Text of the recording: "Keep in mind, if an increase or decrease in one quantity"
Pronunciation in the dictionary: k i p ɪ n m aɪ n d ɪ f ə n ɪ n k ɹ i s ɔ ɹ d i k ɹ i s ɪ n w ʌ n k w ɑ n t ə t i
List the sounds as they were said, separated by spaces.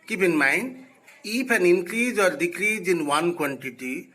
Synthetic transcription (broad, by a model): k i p ɪ n m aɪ n ɪ p ə n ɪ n k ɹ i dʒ ɔ ɹ d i k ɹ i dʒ ɪ n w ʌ n k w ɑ n t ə t i